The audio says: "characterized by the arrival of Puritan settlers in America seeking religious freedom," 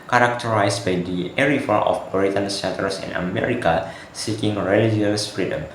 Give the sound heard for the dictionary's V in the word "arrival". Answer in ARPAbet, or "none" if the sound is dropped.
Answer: F